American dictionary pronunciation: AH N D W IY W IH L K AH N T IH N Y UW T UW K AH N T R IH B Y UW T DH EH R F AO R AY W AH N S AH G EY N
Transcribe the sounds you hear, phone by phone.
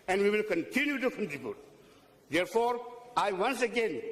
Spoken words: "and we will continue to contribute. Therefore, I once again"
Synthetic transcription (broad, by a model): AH N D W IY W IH L K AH N T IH N Y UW T UW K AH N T IH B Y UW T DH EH R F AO R AY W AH N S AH G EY N